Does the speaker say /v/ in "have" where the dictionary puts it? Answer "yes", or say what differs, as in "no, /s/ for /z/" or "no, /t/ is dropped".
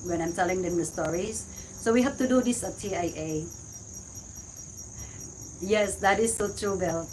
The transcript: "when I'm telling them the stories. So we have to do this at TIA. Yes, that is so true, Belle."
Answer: no, /f/ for /v/